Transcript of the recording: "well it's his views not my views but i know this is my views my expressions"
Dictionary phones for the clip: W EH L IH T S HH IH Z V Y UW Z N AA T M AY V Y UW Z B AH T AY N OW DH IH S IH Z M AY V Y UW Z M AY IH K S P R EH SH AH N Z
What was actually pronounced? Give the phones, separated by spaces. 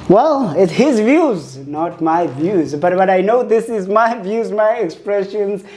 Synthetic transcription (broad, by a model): W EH L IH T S HH IH Z V Y UW Z N AA T M AY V Y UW Z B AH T AY N OW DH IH S IH Z M AY V Y UW Z M AY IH K S P R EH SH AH N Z